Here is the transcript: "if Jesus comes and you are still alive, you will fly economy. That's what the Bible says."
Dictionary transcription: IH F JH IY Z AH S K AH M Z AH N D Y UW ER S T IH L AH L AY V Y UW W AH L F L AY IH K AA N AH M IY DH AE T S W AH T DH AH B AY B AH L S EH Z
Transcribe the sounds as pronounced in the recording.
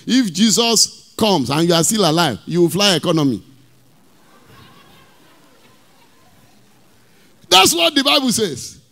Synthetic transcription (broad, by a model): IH F JH IY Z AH S K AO M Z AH N Y UW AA S T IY L AH L AY V Y UW W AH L F L AY IH K AA N AH M IY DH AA T S W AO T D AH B AY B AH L S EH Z